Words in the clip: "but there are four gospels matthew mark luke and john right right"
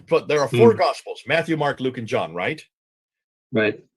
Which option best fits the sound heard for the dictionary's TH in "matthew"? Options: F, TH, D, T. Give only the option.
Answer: TH